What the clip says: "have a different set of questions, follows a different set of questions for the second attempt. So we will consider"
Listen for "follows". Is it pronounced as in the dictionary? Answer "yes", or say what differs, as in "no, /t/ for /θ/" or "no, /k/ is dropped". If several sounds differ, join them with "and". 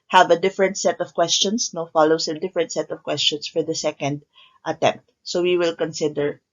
no, /s/ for /z/